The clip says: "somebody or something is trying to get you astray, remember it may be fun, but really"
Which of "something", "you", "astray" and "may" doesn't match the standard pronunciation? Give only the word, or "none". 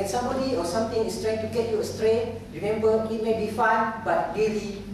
something